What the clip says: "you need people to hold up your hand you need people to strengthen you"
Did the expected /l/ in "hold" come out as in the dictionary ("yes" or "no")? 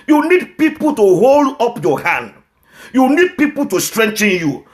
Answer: yes